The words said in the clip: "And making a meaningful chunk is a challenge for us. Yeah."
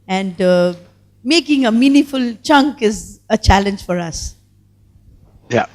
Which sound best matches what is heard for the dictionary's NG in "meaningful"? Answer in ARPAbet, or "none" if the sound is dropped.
none